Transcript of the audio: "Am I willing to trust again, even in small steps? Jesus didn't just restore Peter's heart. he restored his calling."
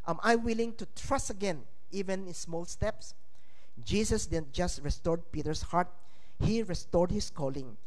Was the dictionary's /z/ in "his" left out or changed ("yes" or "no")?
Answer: yes